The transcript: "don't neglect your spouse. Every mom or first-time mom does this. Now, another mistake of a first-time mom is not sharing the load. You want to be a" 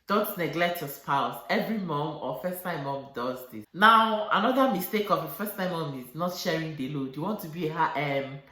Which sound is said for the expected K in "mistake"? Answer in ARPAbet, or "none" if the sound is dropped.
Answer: K